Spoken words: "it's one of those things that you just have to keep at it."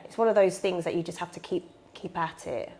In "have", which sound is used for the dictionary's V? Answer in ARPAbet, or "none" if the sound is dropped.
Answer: F